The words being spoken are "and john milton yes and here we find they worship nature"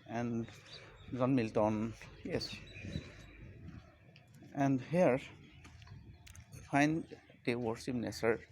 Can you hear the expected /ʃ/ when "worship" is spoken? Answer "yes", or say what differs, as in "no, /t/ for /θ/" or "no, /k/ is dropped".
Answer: no, /s/ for /ʃ/